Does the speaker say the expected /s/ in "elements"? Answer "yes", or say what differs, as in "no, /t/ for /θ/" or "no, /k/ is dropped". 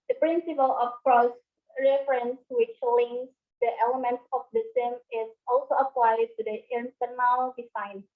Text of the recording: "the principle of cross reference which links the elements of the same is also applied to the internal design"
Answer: yes